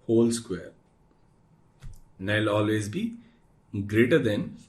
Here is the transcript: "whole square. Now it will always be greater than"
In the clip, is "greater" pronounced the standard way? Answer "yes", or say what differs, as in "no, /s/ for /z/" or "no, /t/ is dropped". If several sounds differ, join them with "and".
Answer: yes